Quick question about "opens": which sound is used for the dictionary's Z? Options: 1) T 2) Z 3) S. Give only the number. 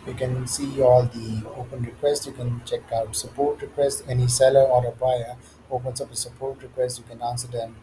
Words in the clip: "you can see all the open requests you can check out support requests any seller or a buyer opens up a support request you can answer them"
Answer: 3